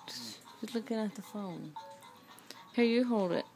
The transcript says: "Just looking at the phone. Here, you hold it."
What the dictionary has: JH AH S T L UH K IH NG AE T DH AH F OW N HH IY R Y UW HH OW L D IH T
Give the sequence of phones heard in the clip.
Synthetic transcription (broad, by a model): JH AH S L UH K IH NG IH T DH AH F OW N HH IY R Y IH HH OW L D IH T